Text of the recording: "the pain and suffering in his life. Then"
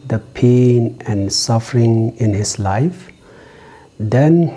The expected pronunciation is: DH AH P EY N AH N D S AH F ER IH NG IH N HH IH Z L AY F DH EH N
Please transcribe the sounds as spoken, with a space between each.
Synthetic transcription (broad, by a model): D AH P EY N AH N S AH F ER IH NG IH N HH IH S L AY F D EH N